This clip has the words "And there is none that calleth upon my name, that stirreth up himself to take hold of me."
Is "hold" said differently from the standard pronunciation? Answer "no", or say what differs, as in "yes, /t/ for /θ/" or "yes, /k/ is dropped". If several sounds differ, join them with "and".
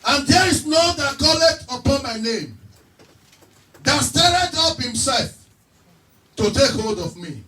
no